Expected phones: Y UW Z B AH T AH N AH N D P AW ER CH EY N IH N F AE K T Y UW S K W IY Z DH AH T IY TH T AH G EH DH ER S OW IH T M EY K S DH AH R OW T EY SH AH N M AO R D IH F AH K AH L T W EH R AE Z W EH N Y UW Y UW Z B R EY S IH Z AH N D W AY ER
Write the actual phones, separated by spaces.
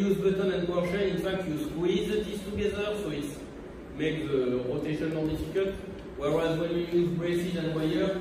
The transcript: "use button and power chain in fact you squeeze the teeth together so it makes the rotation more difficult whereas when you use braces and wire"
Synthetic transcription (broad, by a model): Y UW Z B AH T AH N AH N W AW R SH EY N IH N F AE K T Y UW S K W IY Z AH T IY S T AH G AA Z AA S OW IH T M EY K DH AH R OW T EY SH AH N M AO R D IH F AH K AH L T W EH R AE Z W EH N Y UW Y UW Z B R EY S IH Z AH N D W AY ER